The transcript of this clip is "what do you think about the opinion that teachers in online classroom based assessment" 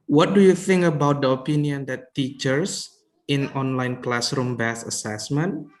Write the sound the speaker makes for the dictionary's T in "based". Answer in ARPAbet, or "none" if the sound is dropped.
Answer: none